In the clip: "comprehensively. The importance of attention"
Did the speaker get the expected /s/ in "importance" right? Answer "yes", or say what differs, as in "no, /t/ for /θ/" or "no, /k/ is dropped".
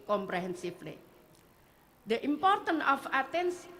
no, /s/ is dropped